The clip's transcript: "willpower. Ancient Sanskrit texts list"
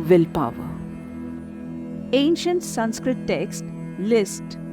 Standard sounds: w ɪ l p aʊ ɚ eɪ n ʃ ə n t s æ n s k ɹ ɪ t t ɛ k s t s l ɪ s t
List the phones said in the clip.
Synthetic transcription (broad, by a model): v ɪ l p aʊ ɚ eɪ n ʃ ə n t s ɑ n s k ɹ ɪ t t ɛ k s t l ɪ s t